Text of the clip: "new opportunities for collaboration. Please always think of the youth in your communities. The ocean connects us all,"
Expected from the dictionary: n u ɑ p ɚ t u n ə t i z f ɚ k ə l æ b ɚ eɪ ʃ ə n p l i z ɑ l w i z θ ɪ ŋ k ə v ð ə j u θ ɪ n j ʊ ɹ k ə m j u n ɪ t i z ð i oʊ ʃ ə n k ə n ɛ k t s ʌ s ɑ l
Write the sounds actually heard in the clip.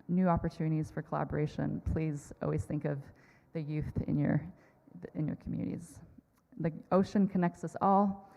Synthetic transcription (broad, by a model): n u ɑ p ɚ t u n ə t i z f ɚ k ə l æ b ɚ eɪ ʃ ə n p l i z ɑ l w i z θ ɪ ŋ k ə v ð ə j u θ ɪ n j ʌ ɹ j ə m j u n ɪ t i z ð i oʊ ʃ ə n k ə n ɛ k t s ʌ s ɑ l